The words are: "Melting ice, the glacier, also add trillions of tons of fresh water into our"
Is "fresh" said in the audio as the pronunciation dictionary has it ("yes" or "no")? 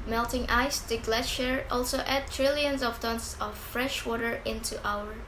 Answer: yes